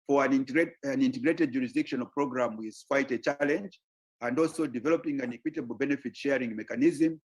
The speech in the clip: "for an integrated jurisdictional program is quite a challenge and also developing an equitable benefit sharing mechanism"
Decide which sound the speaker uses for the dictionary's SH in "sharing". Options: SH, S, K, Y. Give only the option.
SH